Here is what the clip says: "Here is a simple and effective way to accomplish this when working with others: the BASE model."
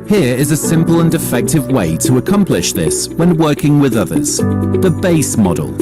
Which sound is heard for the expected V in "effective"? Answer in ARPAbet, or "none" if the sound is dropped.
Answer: V